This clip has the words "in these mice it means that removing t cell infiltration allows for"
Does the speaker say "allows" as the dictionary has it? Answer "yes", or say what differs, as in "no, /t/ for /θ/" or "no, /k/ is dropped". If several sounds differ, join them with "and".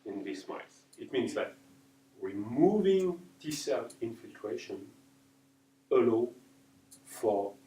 no, /z/ is dropped